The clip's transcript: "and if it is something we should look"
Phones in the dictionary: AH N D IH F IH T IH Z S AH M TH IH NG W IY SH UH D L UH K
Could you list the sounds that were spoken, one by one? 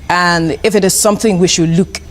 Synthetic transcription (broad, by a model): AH N IH F IH T IH Z S AH M TH IH NG W IY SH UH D L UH K